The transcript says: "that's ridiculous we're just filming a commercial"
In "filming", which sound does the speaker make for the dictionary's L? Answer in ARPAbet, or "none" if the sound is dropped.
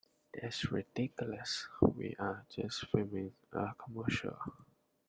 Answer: none